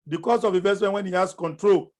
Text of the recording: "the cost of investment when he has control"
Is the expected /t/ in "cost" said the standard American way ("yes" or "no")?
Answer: no